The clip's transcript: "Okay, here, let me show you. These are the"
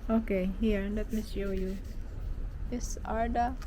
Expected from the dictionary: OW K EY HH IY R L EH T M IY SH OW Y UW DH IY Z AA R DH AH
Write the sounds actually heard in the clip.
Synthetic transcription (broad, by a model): OW K EY HH IY R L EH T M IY S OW Y UW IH S AA R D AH